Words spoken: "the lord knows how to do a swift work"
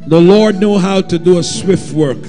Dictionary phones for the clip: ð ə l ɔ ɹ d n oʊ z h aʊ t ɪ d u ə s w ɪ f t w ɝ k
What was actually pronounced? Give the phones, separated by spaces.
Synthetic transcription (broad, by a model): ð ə l ɔ ɹ d n oʊ h aʊ t ɪ d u ə s w ɪ f t w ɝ k